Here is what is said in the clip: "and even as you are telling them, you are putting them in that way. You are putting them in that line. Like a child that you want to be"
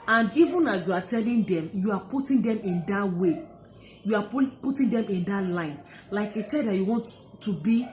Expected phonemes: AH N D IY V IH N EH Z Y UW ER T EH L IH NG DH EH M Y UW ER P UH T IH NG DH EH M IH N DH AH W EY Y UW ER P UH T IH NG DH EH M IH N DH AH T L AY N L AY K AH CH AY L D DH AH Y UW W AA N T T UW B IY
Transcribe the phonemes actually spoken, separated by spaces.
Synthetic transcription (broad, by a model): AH N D IY V IH N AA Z Y UW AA T EH L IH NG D EH M Y UW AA P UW T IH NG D EH M IH N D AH W EY Y UW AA P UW T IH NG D EH M IH N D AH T L AY N L AY K AH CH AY D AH Y UW W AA N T T UW B IY